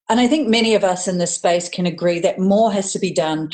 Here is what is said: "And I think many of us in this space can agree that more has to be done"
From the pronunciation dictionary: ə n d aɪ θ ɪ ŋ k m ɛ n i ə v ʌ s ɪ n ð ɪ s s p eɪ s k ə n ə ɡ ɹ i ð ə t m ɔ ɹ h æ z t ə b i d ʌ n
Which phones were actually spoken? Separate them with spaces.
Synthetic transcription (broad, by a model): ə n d aɪ θ ɪ ŋ k m ɛ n i ə v ʌ s ɪ n ð ɪ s s p eɪ s k ə n ə ɡ ɹ i ð ə t m ɔ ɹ h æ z t ə b i d ʌ n